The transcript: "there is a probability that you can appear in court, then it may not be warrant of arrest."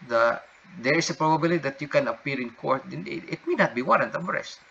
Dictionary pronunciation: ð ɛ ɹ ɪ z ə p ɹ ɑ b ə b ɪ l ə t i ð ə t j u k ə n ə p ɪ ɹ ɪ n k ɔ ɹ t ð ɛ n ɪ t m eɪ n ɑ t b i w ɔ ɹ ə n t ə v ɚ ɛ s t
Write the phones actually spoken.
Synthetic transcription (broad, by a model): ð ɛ ɹ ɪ s ə p ɹ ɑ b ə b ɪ l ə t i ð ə t j u k ə n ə p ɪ ɹ ɪ n k ɔ ɹ t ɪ ɪ t m eɪ n ɑ t b i w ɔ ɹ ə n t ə b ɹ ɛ s t